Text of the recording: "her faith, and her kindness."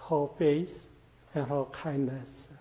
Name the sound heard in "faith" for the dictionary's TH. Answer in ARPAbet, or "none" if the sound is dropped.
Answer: S